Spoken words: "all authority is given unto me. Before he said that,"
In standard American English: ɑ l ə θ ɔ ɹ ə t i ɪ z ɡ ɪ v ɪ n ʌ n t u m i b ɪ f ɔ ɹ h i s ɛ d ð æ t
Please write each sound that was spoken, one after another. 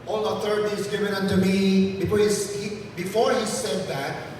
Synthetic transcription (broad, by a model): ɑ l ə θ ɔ ɹ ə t i ɪ z ɡ ɪ v ɪ n ʌ n t u m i b ɪ f ɔ ɹ h i s ɛ d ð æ t